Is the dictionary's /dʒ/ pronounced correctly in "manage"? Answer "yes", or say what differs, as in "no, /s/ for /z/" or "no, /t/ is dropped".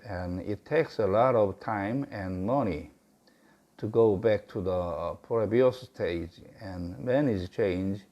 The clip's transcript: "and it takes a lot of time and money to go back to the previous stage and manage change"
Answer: no, /z/ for /dʒ/